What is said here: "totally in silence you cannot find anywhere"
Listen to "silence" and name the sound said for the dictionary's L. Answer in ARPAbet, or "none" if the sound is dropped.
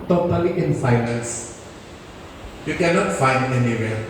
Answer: N